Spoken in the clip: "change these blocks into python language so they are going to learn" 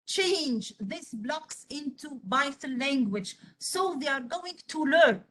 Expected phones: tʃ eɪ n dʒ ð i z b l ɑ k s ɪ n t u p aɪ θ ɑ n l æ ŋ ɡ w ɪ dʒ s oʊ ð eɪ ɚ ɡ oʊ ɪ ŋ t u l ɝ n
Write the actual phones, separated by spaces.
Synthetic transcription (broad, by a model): tʃ eɪ n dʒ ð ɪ s b l ɑ k s ɪ n t u b aɪ t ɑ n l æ ŋ ɡ w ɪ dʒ s oʊ ð eɪ ɚ ɡ oʊ ɪ ŋ t u l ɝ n